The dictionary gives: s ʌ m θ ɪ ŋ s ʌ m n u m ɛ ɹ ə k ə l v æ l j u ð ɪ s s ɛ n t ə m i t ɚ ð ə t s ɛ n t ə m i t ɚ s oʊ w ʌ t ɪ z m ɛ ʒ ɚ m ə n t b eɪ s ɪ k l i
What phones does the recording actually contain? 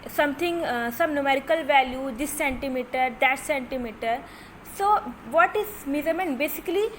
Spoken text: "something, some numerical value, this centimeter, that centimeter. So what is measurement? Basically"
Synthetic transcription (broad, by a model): s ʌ m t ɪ ŋ s ʌ m n u m ɛ ɹ ə k ə l v æ l j u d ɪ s s ɛ n t ə m i t ɚ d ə t s ɛ n t ə m i t ɚ s oʊ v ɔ t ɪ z m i z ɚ m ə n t b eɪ s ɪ k l i